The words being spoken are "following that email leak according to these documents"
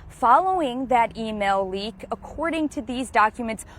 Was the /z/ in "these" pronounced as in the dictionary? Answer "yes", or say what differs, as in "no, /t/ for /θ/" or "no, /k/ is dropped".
yes